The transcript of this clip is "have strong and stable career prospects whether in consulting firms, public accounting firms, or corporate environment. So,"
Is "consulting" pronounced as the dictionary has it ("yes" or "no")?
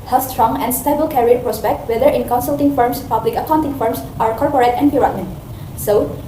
yes